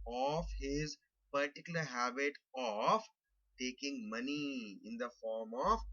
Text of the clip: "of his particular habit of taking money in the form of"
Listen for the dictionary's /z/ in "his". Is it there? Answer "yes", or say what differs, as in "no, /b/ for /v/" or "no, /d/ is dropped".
yes